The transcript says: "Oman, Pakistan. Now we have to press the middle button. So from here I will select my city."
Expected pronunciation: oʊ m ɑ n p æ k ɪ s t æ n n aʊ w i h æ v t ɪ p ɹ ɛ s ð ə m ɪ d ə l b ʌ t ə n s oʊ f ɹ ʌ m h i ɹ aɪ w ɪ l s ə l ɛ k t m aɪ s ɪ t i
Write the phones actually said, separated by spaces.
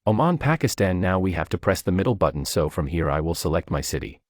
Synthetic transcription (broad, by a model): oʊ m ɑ n p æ k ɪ s t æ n n aʊ w i h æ f t ɪ p ɹ ɛ s ð ə m ɪ d l b ʌ t n s oʊ f ɹ ʌ m h i ɹ aɪ w ɪ l s ə l ɛ k t m aɪ s ɪ t i